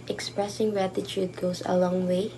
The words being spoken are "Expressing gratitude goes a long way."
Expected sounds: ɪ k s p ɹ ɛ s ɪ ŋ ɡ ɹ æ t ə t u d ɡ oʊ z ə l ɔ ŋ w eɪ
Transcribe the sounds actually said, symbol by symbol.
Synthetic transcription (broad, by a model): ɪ k s p ɹ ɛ s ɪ ŋ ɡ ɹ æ t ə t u d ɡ oʊ s ə l ɔ ŋ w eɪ